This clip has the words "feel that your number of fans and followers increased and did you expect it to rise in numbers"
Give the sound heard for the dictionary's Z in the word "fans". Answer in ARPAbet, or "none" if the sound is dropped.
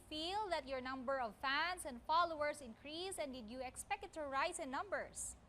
S